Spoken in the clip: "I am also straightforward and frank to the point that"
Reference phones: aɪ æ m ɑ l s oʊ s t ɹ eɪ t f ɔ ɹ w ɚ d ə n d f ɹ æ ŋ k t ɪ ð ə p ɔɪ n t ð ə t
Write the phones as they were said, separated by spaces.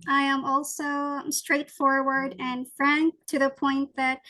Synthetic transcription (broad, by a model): aɪ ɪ m ɑ l s oʊ s t ɹ eɪ t f ɔ ɹ w ɚ d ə n f ɹ æ ŋ k t ɪ ð ə p ɔɪ n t ð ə t